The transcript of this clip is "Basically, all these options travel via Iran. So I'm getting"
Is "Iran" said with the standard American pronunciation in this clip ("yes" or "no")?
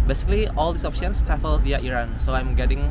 yes